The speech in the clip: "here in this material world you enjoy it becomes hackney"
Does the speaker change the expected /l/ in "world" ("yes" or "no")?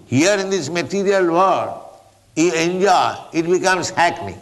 yes